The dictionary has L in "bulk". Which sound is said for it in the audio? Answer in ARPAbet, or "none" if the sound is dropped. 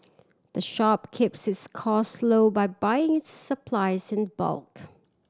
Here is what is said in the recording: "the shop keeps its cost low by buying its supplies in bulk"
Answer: L